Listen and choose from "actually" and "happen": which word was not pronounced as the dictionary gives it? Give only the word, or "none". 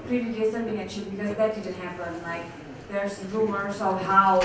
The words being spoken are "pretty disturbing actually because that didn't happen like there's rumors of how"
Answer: actually